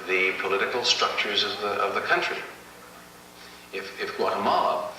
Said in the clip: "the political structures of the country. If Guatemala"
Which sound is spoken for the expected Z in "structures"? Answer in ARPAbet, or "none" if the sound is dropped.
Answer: Z